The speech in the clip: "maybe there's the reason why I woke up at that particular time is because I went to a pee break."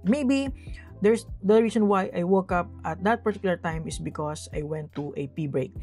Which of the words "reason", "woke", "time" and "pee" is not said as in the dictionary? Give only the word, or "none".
reason